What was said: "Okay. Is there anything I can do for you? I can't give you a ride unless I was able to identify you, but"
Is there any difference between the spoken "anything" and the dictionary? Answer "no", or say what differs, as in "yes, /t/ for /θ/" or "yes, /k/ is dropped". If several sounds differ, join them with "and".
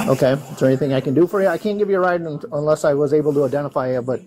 no